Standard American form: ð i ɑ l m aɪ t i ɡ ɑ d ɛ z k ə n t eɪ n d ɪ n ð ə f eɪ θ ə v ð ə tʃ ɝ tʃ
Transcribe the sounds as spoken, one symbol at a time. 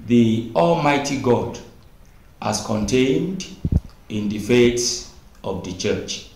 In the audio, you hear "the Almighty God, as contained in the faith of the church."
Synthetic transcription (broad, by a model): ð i ɑ l m aɪ t i ɡ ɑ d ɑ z k ə n t eɪ n d ɪ n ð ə f eɪ t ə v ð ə tʃ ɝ tʃ